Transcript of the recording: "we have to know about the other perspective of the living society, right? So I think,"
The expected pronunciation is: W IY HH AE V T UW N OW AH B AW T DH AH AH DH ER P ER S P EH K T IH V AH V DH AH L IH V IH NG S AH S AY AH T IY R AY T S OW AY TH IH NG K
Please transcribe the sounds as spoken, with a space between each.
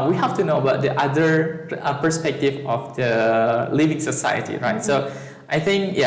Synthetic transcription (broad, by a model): W IY HH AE F T UW N OW AH B AW T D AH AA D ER P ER S P EH K T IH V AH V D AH L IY V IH NG S AH S AY AH T IY R AY T S OW AY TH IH NG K